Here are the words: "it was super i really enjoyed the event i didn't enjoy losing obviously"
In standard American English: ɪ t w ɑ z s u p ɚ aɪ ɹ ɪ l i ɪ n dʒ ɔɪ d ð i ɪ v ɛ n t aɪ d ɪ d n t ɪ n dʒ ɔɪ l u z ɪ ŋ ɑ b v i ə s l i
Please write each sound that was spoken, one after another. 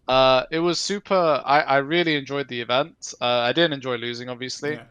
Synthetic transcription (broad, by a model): ɪ t w ɑ z s u p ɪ aɪ ɹ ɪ l i ɪ n dʒ ɔɪ d ð i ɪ v ɛ n t aɪ d ɪ d n t ɪ n dʒ ɔɪ l u z ɪ ŋ ɑ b v i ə s l i